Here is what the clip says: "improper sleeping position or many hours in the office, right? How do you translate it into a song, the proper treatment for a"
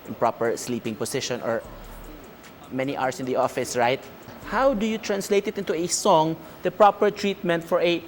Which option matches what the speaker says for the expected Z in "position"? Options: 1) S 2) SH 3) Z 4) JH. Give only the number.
1